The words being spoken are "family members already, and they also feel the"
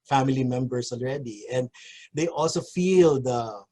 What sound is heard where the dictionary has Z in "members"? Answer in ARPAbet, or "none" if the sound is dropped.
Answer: S